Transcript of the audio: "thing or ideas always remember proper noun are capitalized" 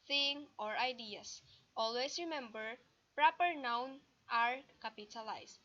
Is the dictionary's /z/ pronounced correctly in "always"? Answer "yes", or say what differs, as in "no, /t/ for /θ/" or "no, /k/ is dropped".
no, /s/ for /z/